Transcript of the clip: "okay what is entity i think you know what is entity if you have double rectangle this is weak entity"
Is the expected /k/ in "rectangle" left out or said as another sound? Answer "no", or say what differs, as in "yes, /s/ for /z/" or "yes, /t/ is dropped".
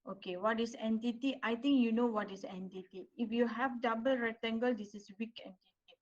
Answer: yes, /k/ is dropped